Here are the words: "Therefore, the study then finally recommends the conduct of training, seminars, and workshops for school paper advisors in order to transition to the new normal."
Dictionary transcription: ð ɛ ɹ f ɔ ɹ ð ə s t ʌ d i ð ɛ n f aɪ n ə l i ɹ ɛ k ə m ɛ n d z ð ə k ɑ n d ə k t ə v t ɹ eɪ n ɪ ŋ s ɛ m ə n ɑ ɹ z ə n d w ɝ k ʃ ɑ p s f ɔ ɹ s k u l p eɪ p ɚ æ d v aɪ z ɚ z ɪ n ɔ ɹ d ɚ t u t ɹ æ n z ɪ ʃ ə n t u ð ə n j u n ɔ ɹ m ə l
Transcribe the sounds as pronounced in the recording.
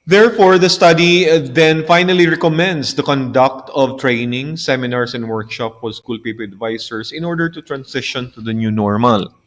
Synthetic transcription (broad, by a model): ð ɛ ɹ f ɔ ɹ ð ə s t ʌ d i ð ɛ n f aɪ n ə l i ɹ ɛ k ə m ɛ n d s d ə k ɑ n d ə k t ə v t ɹ eɪ n ɪ ŋ s ɛ m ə n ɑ ɹ s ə n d w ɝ k ʃ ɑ p f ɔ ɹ s k u l p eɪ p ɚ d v aɪ s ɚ s ɪ n ɔ ɹ d ɚ t u t ɹ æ n s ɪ ʃ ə n t u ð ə n j u n ɔ ɹ m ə l